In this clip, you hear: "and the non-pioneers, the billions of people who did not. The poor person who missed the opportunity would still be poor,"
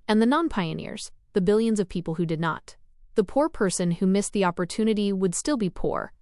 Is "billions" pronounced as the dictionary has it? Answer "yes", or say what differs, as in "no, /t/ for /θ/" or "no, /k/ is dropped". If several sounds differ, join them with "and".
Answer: yes